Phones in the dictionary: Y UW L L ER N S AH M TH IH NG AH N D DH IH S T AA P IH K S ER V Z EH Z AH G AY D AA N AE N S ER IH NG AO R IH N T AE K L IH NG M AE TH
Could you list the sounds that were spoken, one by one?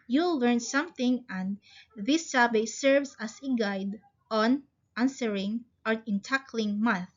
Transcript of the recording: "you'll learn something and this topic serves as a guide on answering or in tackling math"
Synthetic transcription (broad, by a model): Y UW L L ER N S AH M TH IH NG AH N D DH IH S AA B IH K S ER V S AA S AH G AY D AA N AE N S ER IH NG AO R IH N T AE K L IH NG M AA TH